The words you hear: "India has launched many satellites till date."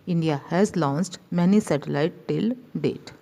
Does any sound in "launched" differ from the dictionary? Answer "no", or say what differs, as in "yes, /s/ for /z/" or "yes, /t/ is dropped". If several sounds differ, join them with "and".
yes, /s/ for /tʃ/